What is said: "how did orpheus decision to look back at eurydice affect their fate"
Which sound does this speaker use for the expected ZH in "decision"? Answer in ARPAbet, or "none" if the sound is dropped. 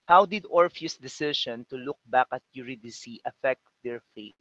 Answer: SH